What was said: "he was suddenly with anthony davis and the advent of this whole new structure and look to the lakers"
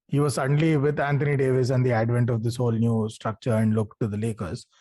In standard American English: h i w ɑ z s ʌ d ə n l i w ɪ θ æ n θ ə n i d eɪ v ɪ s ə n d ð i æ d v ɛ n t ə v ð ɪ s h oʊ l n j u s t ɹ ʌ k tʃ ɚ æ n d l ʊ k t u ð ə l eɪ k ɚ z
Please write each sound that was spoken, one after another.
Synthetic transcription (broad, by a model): h i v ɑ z s ʌ d ə n l i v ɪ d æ n t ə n i d eɪ v ɪ s ə n d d i æ d v ɛ n t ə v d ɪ s h oʊ l n j u s t ɹ ʌ k tʃ ɚ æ n d l ʊ k t u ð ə l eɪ k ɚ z